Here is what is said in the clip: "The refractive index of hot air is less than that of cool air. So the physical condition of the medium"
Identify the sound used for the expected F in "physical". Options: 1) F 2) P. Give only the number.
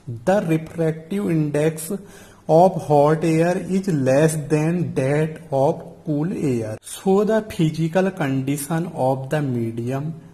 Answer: 2